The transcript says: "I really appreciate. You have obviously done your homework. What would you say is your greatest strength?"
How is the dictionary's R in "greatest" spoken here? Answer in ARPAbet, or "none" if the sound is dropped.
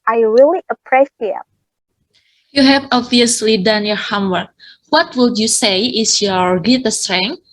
none